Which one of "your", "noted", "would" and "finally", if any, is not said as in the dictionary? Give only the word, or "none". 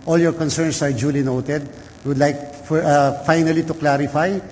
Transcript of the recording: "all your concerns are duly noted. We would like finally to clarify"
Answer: none